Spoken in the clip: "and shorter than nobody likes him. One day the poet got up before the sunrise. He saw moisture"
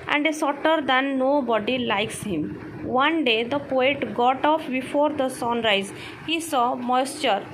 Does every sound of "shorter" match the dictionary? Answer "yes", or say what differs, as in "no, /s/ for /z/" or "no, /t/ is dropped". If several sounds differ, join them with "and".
no, /s/ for /ʃ/